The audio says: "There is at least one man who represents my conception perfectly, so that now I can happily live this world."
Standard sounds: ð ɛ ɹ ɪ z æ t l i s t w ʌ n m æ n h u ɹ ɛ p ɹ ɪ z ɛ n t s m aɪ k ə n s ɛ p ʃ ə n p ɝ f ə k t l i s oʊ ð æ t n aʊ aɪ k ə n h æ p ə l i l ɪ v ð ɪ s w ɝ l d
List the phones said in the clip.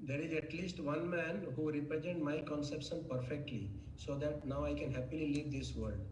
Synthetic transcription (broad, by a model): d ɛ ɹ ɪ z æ t l i s t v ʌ n m æ n h u ɹ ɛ p ɹ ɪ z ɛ n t m aɪ k ə n s ɛ p ʃ ə n p ɝ f ə k t l i s oʊ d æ t n aʊ aɪ k ə n h æ p ə l i l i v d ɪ s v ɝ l d